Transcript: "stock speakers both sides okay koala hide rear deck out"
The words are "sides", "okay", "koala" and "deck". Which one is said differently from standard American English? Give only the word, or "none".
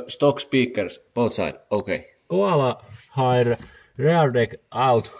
sides